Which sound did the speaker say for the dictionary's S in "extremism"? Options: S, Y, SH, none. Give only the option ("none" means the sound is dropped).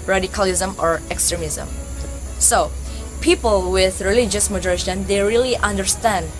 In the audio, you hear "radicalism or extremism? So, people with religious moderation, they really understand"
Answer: S